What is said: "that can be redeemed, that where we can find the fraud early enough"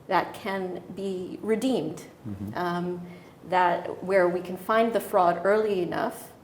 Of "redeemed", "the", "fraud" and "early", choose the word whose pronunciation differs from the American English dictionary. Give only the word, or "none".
none